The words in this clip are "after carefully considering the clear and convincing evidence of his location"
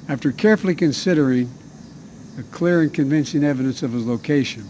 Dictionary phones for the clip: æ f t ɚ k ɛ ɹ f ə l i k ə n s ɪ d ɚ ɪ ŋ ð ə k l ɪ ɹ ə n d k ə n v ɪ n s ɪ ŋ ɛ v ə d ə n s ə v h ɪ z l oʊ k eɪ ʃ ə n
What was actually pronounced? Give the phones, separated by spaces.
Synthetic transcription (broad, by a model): æ f t ɚ k ɛ ɹ f l i k ə n s ɪ d ɚ ɪ ŋ ð ə k l ɪ ɹ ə n k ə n v ɪ n s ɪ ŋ ɛ v ə d ə n s ə v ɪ z l oʊ k eɪ ʃ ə n